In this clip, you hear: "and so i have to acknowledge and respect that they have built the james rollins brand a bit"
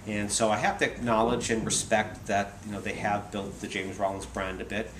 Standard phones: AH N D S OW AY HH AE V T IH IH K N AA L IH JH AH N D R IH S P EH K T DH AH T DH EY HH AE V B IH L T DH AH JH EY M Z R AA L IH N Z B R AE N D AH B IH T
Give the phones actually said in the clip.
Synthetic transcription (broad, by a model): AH N S OW AY HH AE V T IH IH K N AA L IH JH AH N R IH S P EH K T DH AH T DH EY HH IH V B IH L T DH AH JH EY M Z R AA L IH N Z B R AE N D AH B IH T